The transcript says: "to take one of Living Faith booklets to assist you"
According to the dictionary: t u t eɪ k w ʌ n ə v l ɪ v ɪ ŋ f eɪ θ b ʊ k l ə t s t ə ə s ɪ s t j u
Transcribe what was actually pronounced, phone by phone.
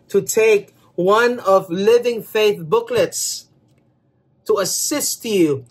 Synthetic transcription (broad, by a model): t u t eɪ k w ʌ n ə v l ɪ v ɪ ŋ f eɪ θ b ʊ k l ə t s t ə ə s ɪ s t j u